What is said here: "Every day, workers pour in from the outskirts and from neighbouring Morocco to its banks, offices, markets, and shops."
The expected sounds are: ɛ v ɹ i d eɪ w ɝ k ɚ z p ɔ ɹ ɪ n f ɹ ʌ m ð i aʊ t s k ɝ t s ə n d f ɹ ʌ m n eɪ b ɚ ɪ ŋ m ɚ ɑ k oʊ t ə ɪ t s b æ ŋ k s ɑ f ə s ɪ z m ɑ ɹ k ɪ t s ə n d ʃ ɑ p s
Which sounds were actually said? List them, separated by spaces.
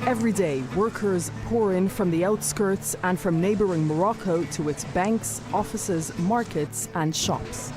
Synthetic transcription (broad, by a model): ɛ v ɹ i d eɪ w ɝ k ɚ z p ɔ ɹ ɪ n f ɹ ʌ m ð i aʊ t s k ɝ t s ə n f ɹ ʌ m n eɪ b ɚ ɪ ŋ m ɚ ɑ k oʊ t ə ɪ t s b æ ŋ k s ɑ f ə s ɪ z m ɑ ɹ k ɪ t s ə n ʃ ɑ p s